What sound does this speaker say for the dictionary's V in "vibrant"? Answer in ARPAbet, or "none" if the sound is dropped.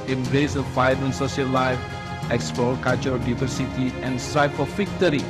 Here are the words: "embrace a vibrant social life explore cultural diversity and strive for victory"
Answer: F